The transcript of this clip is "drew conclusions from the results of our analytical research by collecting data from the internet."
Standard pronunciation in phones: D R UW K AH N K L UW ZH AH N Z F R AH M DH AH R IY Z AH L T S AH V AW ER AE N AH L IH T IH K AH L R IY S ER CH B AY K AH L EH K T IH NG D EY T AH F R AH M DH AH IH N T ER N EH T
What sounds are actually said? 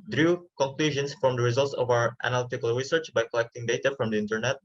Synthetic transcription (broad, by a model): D R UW K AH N K L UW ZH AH N S F R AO M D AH R IY Z AH L T S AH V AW ER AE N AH L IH T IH K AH L R IY S ER CH B AY K AH L EH K T IH NG D EY T AH F R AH M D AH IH N T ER N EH T